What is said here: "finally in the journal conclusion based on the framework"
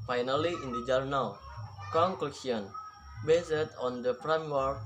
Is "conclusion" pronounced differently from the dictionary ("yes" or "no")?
yes